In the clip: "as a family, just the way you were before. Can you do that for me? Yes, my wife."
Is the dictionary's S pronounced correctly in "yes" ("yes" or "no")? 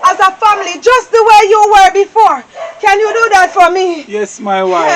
yes